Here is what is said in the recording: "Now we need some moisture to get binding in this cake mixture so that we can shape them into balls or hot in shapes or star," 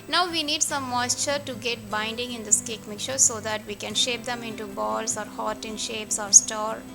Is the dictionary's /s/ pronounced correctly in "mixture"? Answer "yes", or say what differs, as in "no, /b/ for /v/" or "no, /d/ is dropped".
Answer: no, /s/ is dropped